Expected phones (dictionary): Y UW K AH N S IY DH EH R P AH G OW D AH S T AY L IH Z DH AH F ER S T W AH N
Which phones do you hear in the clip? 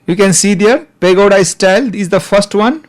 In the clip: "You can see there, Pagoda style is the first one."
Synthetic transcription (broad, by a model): Y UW K AH N S IY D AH R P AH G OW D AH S T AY L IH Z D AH F ER S T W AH N